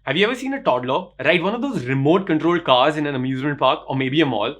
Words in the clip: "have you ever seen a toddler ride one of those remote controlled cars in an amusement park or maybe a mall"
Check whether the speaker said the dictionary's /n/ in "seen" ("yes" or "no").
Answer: yes